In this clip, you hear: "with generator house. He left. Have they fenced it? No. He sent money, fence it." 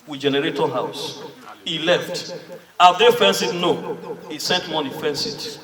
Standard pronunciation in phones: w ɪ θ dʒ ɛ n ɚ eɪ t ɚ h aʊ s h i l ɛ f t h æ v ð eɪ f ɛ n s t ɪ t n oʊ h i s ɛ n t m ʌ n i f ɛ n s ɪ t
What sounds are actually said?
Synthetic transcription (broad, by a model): w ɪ dʒ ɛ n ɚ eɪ t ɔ h aʊ s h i l ɛ f t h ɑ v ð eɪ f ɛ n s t ɪ t n oʊ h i s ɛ t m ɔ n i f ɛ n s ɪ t